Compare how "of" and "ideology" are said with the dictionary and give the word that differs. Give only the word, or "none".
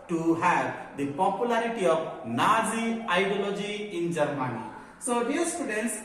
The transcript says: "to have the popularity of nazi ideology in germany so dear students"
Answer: of